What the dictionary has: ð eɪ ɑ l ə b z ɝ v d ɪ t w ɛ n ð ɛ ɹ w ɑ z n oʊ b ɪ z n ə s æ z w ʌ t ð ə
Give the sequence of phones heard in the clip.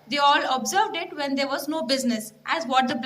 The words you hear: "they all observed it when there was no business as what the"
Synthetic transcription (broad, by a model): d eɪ ɑ l ə b z ɝ v d ɪ t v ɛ n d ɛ ɹ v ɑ z n oʊ b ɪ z n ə s æ z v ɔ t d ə